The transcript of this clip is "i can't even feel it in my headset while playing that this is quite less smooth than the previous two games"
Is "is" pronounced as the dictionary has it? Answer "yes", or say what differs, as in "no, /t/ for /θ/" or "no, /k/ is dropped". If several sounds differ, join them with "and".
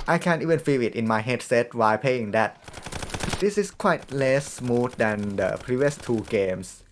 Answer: no, /s/ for /z/